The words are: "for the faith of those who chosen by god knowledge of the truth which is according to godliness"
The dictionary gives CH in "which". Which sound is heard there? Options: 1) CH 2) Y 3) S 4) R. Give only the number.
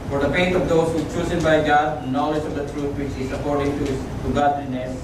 1